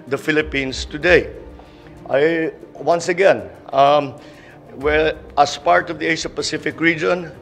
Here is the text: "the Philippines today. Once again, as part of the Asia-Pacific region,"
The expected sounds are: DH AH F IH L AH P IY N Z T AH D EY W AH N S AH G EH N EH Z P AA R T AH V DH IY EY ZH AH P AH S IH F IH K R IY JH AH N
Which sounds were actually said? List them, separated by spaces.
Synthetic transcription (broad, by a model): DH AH F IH L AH P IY N S T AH D EY W AH N S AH G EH N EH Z P AA R T AH V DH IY EY SH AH P AH S IH F IH K R IY JH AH N